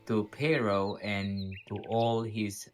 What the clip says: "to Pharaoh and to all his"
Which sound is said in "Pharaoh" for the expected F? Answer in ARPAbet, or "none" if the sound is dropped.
P